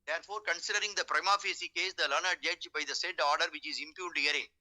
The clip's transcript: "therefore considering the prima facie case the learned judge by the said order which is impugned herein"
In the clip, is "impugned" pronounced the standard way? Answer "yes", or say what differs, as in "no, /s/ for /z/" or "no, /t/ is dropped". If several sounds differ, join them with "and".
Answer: no, /l/ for /n/